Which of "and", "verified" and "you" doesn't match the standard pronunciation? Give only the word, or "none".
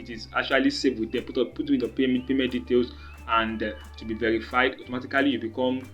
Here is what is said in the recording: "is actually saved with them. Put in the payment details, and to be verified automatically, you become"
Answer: none